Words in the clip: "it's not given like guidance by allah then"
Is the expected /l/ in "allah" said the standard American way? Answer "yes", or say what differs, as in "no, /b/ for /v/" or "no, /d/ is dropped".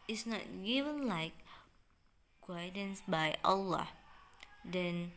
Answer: yes